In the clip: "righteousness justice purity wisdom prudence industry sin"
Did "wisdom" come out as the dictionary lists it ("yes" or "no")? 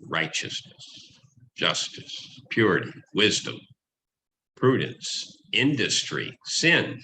yes